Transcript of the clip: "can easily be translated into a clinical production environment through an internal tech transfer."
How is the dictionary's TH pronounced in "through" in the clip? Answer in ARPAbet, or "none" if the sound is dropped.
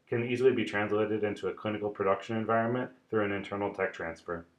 TH